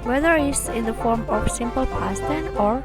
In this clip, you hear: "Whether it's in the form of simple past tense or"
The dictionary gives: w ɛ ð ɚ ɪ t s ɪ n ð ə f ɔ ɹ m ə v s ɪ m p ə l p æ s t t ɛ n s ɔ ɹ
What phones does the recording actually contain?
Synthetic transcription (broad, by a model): w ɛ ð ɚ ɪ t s ɪ n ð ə f ɔ ɹ m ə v s ɪ m p ə l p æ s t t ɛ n ɔ ɹ